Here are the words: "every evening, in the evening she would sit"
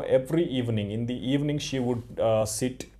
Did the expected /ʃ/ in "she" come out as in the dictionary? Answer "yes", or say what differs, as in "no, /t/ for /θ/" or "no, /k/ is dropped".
yes